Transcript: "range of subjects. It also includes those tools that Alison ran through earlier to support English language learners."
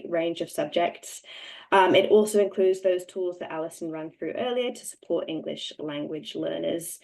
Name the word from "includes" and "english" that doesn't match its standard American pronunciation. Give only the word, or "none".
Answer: none